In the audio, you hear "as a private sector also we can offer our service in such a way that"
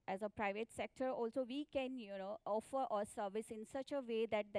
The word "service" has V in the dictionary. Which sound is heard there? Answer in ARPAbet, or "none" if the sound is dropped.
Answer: V